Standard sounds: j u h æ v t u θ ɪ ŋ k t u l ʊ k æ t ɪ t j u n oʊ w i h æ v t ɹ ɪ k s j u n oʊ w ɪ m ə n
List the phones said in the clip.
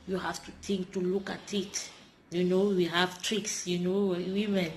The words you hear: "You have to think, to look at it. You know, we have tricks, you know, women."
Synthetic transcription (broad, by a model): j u h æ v t u t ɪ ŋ k t u l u k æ t ɪ t j u n oʊ w i h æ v t ɹ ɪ k s j u n oʊ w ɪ m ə n